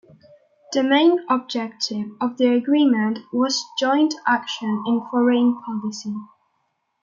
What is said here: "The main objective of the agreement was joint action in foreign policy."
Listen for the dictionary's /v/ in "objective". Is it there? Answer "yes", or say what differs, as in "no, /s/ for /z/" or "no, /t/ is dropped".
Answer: yes